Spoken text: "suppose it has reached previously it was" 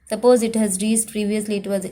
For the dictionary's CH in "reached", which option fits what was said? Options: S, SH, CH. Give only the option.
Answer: S